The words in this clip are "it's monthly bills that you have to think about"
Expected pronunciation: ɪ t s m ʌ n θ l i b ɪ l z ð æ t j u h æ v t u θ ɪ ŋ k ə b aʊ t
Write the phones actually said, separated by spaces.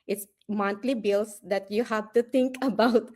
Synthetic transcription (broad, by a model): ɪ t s m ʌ n t l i b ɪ l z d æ t j u h æ v t u t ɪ ŋ k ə b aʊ t